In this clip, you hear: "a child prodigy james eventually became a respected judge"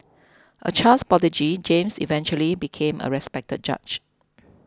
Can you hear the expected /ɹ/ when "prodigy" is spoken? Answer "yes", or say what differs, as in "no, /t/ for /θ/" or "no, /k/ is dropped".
no, /ɹ/ is dropped